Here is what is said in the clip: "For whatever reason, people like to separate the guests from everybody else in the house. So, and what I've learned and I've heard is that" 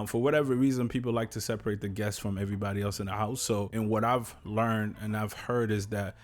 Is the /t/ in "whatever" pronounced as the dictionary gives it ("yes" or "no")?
yes